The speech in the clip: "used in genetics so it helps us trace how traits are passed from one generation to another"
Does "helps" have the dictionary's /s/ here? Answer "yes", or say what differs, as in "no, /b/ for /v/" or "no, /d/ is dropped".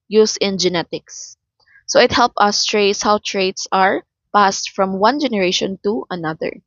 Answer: no, /s/ is dropped